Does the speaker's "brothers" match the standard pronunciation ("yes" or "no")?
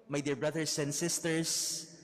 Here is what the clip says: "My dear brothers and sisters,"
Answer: no